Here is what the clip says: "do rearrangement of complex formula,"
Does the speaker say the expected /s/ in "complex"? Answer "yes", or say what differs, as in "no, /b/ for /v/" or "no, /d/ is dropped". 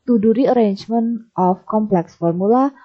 yes